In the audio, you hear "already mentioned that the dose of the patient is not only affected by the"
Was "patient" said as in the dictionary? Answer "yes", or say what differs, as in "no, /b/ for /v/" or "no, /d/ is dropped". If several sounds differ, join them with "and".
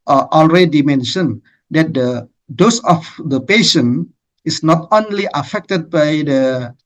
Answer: no, /t/ is dropped